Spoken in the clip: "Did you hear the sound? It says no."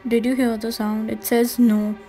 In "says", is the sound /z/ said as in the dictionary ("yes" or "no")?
yes